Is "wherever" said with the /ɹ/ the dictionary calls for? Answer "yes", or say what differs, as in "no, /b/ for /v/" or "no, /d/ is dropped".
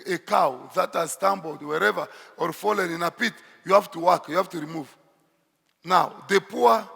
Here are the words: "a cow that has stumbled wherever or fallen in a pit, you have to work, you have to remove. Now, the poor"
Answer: yes